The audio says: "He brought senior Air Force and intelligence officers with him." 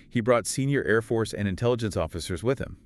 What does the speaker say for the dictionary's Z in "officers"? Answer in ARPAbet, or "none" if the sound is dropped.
Z